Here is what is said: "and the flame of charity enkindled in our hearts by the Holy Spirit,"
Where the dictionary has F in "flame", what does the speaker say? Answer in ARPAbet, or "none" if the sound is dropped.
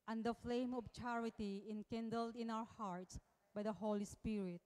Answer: F